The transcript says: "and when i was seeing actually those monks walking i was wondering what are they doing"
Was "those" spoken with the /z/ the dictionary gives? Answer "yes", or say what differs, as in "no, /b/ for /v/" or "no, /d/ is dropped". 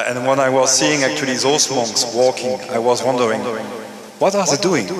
no, /s/ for /z/